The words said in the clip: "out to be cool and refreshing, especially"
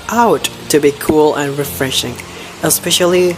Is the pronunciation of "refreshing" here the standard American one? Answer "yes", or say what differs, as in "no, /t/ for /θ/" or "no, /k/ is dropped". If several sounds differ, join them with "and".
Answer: yes